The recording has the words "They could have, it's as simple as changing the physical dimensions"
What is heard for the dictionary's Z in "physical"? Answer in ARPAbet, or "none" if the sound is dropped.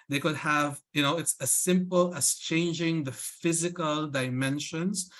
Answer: Z